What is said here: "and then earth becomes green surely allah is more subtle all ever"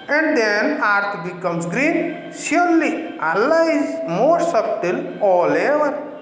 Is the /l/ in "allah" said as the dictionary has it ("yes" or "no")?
yes